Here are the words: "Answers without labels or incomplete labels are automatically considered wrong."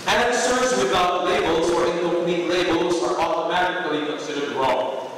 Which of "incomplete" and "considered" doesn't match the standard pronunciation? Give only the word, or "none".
incomplete